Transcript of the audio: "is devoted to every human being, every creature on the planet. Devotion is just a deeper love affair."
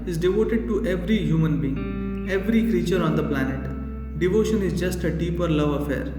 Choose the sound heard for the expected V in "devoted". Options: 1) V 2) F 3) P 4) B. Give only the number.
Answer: 1